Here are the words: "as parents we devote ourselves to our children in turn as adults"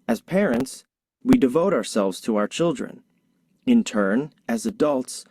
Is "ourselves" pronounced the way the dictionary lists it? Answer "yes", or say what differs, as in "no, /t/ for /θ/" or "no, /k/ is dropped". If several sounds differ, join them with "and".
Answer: yes